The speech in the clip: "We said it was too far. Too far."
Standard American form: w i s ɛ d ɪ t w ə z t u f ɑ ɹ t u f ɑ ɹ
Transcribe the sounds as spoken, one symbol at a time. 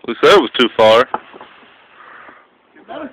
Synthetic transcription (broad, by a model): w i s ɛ ɪ t w ə z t t u f ɑ ɹ